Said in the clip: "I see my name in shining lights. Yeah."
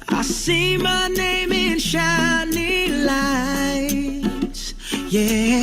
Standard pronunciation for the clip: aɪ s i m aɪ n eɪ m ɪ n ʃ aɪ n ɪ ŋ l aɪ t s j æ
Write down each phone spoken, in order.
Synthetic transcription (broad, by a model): aɪ s i m aɪ n eɪ m ɪ n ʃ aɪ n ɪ l aɪ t j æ